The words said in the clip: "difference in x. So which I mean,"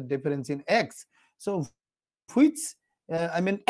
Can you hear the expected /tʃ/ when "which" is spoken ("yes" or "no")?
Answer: no